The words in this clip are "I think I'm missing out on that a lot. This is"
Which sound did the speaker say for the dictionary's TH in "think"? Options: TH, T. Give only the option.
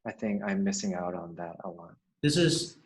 TH